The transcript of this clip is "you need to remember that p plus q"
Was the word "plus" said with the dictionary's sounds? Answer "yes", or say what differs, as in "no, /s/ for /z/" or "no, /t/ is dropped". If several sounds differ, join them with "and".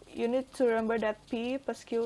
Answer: no, /l/ is dropped